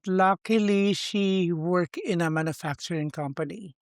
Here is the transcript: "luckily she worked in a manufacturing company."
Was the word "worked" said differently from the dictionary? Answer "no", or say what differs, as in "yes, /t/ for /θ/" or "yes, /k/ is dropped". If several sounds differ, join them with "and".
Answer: yes, /t/ is dropped